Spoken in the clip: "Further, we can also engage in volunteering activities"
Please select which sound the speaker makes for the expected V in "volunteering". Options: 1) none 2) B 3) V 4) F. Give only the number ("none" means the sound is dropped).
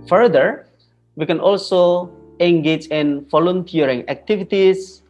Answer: 4